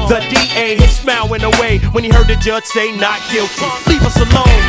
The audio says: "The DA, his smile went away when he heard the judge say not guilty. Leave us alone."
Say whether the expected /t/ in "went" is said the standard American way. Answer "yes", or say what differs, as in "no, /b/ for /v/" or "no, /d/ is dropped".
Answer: no, /t/ is dropped